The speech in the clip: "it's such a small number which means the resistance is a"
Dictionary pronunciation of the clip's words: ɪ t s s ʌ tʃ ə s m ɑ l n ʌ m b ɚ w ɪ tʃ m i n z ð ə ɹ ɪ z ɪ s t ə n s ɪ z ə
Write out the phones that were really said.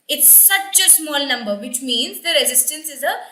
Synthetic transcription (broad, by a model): ɪ t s s ʌ tʃ ə s m ɑ l n ʌ m b ɚ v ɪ tʃ m i n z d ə ɹ ɪ z ɪ s t ə n s ɪ z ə